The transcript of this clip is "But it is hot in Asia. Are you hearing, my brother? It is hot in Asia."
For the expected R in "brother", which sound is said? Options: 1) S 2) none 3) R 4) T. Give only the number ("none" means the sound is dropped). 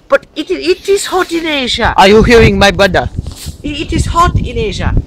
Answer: 2